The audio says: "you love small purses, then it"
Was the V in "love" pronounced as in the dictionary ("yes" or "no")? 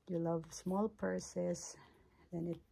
yes